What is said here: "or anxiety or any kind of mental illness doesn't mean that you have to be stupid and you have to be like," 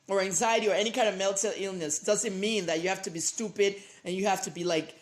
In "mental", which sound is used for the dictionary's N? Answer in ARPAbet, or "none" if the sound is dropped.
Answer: L